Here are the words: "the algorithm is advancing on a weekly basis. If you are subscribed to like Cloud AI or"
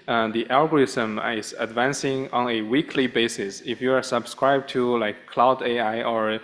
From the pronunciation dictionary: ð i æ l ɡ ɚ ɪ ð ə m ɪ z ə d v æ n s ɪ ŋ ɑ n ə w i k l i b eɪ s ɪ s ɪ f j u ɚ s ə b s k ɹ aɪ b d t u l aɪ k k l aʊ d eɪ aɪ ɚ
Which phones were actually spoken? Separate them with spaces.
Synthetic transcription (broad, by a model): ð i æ l ɡ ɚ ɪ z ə m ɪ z ə d v æ n s ɪ ŋ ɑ n ə w i k l i b eɪ s ɪ s ɪ f j u ɚ s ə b s k ɹ aɪ b t u l aɪ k k l aʊ d eɪ aɪ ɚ